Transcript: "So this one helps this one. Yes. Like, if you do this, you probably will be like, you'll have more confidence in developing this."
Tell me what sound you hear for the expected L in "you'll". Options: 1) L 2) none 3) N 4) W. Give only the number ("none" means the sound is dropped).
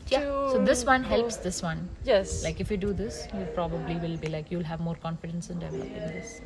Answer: 1